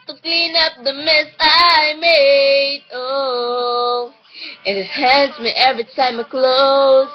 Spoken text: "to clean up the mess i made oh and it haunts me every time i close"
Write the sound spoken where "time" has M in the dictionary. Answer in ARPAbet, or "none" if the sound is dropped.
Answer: M